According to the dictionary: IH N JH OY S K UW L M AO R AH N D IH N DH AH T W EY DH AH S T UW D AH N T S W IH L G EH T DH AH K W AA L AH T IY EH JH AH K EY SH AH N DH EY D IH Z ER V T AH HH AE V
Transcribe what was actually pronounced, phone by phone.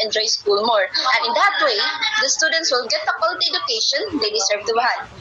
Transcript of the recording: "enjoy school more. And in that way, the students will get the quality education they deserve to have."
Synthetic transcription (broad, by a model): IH N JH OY S K UW L M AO R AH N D IH N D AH T W EY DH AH S T UW D AH N T S W IH L G EH T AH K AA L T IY EH JH AH K EY SH AH N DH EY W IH S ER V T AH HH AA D